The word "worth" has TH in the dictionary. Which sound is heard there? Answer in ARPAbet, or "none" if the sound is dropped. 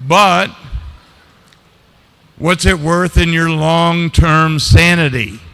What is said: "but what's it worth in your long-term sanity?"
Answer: TH